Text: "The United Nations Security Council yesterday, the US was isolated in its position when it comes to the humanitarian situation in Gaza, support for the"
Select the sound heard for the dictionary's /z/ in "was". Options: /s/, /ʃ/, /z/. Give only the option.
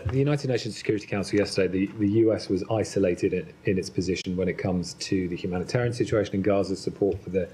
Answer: /z/